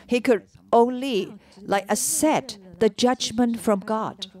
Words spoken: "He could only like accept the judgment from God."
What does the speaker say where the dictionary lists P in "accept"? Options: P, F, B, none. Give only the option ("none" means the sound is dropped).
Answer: none